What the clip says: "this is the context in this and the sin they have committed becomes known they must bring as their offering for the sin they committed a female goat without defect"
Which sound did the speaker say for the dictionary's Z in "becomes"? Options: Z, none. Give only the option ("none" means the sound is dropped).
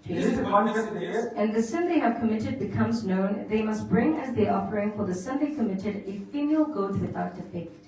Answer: Z